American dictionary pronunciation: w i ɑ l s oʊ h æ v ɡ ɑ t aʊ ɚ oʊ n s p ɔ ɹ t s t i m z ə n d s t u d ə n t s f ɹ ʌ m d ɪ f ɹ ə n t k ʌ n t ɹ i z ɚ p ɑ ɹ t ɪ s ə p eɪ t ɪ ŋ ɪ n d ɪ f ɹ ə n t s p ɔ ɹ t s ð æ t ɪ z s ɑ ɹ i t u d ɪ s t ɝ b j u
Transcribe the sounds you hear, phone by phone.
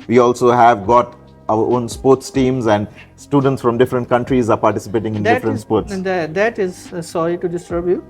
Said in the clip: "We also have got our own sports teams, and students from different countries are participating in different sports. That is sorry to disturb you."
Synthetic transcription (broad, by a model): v i ɑ l s oʊ h æ v ɡ ɑ t aʊ ɚ oʊ n s p ɔ ɹ t s t i m z ə n d s t u d ə n t s f ɹ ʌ m d ɪ f ɹ ə n t k ʌ n t ɹ i z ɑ p ɑ ɹ t ɪ s ə p eɪ t ɪ ŋ ɪ n d ɪ f ɹ ə n t s p ɔ ɹ t s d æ t ɪ z s ɑ ɹ i t u d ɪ s t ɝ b j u